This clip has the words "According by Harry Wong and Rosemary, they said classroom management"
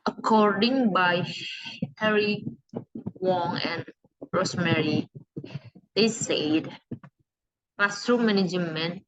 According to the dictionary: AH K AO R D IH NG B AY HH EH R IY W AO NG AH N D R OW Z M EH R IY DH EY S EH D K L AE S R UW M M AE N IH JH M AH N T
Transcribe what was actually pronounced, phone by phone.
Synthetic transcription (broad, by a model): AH K AO R D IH NG B AY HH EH R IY W AO NG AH N R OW S M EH R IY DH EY S EH D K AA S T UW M M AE N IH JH M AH N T